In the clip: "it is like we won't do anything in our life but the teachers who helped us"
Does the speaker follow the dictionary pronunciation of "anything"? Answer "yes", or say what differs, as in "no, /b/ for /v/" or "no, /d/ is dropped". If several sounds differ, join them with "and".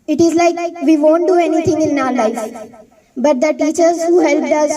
no, /t/ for /θ/